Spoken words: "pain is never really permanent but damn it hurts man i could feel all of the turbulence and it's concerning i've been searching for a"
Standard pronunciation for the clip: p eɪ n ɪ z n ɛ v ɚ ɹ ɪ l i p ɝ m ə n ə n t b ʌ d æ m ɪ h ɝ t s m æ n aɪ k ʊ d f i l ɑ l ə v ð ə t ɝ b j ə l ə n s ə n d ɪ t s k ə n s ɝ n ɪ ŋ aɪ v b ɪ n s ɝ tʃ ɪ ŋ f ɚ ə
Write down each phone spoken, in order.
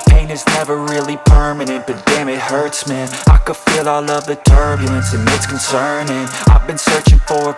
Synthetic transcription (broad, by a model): p eɪ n ɪ z n ɛ v ɚ ɹ ɪ l i p ɝ m ə n ə n t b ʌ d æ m ɪ h ɝ t s m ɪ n aɪ k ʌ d f i l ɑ l ə v ð ə t ɝ b j ə l ə n s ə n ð ɪ t s k n s ɝ n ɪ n aɪ v b ɪ n s ɝ tʃ ɪ ŋ f ɚ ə